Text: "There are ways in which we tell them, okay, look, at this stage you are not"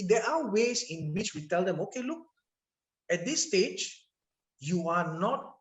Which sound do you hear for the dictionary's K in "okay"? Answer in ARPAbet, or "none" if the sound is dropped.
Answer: K